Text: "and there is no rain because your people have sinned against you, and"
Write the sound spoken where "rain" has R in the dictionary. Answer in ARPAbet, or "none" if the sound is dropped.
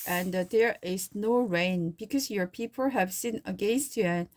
R